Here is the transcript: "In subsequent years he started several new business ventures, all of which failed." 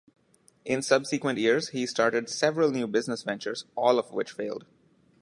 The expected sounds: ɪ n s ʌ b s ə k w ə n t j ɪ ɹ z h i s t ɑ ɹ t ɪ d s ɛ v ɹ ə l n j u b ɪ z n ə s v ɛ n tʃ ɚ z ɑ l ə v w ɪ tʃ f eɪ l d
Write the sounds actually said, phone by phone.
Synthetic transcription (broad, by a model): ɪ n s ʌ b s ə k w ə n t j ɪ ɹ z h i s t ɑ ɹ t ɪ d s ɛ v ɹ ə l n j u b ɪ z n ə s v ɛ n tʃ ɚ z ɑ l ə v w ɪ tʃ f eɪ l d